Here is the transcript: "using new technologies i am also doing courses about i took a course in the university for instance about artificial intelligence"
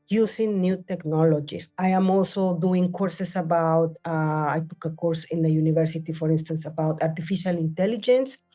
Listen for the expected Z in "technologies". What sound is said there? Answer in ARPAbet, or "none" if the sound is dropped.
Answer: S